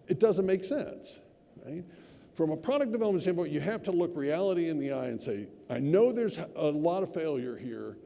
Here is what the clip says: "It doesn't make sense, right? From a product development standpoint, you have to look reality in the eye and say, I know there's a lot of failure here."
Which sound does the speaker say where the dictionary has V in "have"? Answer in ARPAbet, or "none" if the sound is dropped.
F